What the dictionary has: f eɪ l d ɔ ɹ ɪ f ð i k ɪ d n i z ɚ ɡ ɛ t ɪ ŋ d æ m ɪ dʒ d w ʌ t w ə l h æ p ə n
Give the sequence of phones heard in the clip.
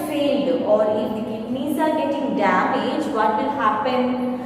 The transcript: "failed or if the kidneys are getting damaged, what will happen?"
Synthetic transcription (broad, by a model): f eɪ l d ɔ ɹ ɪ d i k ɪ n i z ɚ ɡ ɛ t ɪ ŋ d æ m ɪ dʒ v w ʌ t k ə n h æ p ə n